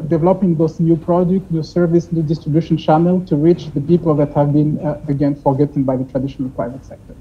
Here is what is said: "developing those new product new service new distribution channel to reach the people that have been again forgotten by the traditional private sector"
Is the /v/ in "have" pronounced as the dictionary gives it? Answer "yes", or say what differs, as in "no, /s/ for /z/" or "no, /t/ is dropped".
yes